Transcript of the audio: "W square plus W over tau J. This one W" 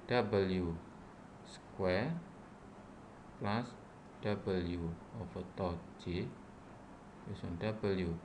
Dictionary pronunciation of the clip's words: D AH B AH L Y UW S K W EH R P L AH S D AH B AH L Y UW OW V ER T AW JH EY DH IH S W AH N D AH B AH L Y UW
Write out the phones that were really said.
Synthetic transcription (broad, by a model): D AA B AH L Y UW S K W EH R P L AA S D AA B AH L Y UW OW F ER T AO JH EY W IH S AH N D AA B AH L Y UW